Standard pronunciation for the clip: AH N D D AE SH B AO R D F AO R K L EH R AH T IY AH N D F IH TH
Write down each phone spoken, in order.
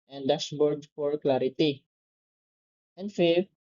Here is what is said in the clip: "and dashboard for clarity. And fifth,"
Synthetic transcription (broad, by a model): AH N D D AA S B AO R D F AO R K L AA R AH T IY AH N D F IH